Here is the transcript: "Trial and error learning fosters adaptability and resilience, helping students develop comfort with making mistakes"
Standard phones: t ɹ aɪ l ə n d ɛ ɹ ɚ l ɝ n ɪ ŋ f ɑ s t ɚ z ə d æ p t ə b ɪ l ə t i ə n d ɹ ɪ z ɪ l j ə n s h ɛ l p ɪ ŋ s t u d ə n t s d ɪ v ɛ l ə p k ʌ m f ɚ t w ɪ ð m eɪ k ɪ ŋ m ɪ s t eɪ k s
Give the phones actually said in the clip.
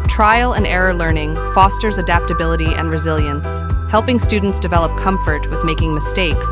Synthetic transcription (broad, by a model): t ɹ aɪ l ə n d ɛ ɹ ɚ l ɝ n ɪ ŋ f ɑ s t ɚ z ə d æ p t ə b ɪ l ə t i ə n ɹ ɪ z ɪ l j ə n s h ɛ l p ɪ ŋ s t u d n t s d ɪ v ɛ l ə p k ʌ m f ɚ t w ɪ ð m eɪ k ɪ ŋ m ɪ s t eɪ k s